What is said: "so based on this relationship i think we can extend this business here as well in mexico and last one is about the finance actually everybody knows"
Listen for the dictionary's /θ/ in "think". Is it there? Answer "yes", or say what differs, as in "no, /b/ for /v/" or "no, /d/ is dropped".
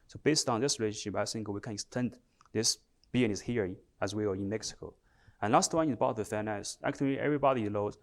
no, /s/ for /θ/